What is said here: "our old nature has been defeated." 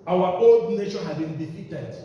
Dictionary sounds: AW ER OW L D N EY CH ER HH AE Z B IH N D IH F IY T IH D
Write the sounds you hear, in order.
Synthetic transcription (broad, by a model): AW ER OW L D N EY SH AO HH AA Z B IH N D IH F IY T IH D